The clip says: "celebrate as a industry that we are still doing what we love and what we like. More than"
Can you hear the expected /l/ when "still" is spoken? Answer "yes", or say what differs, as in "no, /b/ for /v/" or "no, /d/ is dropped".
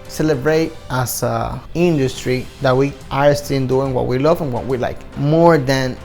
no, /n/ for /l/